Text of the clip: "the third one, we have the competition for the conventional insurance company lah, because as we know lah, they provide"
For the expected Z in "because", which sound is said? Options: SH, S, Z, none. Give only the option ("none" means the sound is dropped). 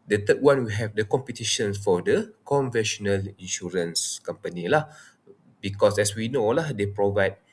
S